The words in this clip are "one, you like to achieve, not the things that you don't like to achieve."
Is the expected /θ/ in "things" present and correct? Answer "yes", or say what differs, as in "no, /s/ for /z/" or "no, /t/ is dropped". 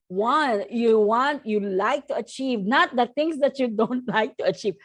no, /t/ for /θ/